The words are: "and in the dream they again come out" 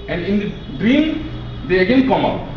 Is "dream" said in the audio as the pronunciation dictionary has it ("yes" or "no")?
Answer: yes